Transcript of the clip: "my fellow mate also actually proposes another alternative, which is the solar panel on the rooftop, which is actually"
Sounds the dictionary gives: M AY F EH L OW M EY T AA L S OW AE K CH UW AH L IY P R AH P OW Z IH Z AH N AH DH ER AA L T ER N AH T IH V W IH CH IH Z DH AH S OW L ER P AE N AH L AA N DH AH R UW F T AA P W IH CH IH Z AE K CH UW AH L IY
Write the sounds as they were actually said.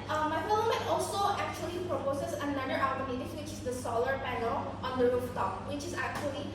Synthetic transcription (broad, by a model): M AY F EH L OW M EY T AA L S OW AE K CH UW AH L IY P R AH P OW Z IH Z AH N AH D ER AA T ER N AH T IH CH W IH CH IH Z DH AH S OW L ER P AE N AH L AA N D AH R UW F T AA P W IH CH IH Z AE K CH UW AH L IY